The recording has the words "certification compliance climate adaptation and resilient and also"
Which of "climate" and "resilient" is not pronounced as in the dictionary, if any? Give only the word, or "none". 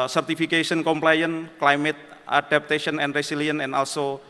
resilient